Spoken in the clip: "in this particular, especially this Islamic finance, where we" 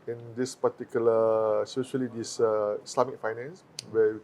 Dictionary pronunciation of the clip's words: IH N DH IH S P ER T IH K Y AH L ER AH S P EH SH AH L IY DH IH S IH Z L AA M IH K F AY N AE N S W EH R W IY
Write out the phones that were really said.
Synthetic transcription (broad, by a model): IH N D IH S P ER T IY K Y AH L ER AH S EH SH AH L IY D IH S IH S L AA M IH K F AY N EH N S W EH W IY